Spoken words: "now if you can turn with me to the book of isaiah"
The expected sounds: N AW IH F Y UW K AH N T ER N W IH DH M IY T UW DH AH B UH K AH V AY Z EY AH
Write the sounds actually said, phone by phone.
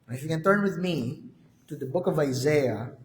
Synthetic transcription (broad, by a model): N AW IH F Y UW K AH N T ER N W IH DH M IY T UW DH AH B UH K AH V AY Z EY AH